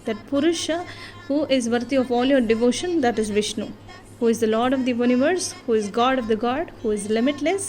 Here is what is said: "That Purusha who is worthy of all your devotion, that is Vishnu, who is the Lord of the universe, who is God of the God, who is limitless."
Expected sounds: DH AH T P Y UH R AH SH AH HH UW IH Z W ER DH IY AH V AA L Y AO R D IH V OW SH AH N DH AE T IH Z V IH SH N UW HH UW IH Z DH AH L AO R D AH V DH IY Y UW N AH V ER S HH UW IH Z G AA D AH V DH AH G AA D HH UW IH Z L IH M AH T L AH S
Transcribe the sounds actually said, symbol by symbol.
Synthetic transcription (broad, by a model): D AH T P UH R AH SH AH HH UW IH Z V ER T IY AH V AA L Y AO R D IH V OW SH AH N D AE T IH Z V IH SH N UW HH UW IH Z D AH L AO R D AH V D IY Y UW N AH V ER S HH UW IH Z G AA D AH V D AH G AA D HH UW IH Z L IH M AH T L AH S